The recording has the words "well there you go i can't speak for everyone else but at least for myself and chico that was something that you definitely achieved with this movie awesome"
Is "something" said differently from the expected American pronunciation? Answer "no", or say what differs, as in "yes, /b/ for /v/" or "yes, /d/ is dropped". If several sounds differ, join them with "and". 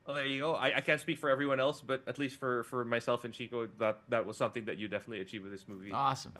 no